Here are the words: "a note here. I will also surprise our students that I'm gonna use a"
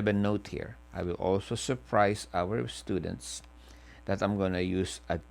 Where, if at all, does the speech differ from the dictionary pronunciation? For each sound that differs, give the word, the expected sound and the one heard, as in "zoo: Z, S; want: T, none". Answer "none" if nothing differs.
surprise: Z, S